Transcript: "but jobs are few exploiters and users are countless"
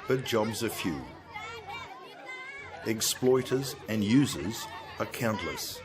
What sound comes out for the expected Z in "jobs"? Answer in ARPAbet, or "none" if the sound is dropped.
Z